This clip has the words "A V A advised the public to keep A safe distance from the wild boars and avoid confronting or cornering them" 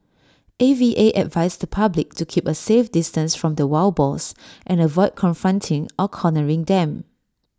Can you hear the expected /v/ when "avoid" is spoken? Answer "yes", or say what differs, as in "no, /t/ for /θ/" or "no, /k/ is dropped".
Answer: yes